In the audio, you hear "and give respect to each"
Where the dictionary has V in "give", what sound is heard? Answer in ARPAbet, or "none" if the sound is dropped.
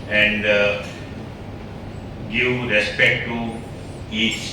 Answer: W